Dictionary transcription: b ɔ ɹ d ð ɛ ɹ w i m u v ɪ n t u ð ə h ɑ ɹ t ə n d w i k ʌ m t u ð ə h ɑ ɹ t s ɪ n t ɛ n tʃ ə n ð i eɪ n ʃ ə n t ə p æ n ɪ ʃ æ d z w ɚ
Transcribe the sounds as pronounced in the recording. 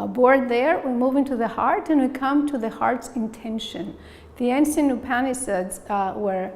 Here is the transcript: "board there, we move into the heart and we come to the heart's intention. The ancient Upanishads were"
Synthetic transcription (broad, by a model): b ɔ ɹ d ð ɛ ɹ w i m u v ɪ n t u ð ə h ɑ ɹ t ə n w i k ʌ m t u ð ə h ɑ ɹ t s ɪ n t ɛ n ʃ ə n ð i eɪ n s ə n ə p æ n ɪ s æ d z w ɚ